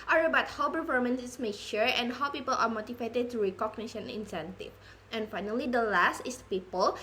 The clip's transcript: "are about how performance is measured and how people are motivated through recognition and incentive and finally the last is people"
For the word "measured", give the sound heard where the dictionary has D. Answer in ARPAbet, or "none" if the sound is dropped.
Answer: none